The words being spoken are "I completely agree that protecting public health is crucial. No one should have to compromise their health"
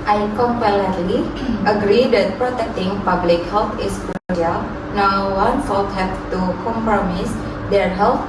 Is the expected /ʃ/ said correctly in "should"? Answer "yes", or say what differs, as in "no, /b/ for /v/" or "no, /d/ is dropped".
no, /s/ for /ʃ/